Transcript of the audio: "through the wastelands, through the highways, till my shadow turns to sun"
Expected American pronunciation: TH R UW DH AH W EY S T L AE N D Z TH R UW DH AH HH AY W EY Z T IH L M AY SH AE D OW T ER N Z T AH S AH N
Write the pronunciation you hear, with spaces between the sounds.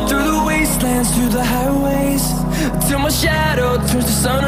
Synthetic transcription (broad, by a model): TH R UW DH AH W EY S T L AE N D Z TH R UW DH AH HH AY W EY Z T IH L M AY SH AE D OW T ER Z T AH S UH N